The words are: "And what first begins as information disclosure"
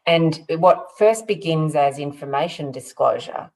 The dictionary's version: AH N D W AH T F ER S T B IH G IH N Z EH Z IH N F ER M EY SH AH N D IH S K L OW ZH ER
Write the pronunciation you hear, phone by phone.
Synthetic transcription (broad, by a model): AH N W AH T F ER S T B IH G IH N Z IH Z IH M F ER M EY SH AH N D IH S K L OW ZH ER